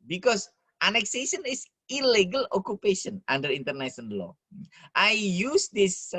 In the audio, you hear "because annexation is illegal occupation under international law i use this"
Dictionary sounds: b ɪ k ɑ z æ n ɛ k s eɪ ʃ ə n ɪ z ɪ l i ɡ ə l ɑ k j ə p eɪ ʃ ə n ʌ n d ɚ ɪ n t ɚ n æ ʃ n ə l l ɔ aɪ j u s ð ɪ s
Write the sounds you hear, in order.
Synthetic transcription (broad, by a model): b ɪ k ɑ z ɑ n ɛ k s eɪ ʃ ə n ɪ s ɪ l i ɡ ə l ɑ k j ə p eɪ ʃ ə n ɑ n d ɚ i n t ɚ n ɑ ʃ ə n l ɔ aɪ j u s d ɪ s